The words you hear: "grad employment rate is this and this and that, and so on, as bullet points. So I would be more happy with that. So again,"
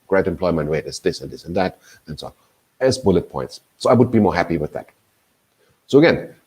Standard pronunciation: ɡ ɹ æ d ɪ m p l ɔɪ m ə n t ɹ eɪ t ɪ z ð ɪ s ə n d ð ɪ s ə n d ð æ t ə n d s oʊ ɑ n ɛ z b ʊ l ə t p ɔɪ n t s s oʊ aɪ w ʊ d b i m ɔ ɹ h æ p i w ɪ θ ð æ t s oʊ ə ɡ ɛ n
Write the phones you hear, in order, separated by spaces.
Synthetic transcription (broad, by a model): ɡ ɹ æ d ɪ m p l ɔɪ m ə n t w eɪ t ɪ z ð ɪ s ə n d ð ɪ s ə n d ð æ t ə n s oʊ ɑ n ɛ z b ʊ l ə t p ɔɪ n t s s oʊ aɪ w ʊ d b i m ɔ ɹ h æ p i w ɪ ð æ t s oʊ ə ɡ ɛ n